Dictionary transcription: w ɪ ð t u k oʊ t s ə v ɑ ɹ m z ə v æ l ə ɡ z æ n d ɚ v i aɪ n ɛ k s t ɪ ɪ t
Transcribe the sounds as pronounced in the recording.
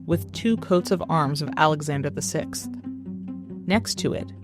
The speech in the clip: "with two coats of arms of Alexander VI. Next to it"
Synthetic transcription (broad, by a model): w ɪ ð t u k oʊ t s ə v ɑ ɹ m z ə v æ l ə ɡ z æ n d ɚ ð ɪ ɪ n ɛ k s t ɪ ɪ t